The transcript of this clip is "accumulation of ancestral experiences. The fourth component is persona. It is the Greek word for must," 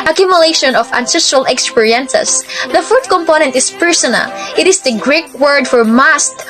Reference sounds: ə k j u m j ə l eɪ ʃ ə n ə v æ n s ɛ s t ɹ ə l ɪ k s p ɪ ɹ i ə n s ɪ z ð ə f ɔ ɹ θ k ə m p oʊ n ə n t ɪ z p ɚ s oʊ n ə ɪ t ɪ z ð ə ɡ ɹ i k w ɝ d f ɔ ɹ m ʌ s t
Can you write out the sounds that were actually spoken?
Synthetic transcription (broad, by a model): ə k j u m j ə l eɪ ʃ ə n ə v æ n s ɛ s t ɹ ə l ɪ k s p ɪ ɹ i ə n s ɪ s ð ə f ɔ ɹ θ k ə m p oʊ n ə n t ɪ s p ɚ s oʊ n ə ɪ t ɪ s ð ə ɡ ɹ i k w ɝ d f ɔ ɹ m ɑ s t